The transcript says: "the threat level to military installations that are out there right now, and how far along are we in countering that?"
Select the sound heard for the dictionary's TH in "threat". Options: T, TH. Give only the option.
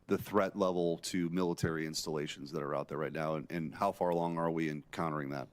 TH